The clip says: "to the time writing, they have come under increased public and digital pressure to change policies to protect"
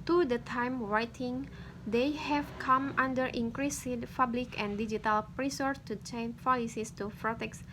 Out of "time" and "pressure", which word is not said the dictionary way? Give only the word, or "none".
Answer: pressure